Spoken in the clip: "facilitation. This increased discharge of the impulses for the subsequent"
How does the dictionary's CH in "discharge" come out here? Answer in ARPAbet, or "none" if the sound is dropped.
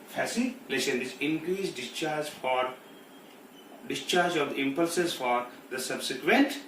CH